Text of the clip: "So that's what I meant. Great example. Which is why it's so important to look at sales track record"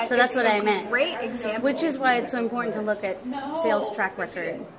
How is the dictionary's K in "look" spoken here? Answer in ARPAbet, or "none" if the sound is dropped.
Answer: K